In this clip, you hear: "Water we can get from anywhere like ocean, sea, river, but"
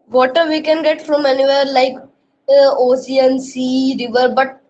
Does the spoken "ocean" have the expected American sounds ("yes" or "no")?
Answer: no